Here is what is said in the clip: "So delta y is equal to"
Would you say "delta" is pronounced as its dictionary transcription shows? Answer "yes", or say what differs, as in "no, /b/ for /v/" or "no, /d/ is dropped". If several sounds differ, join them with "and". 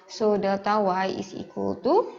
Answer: no, /l/ is dropped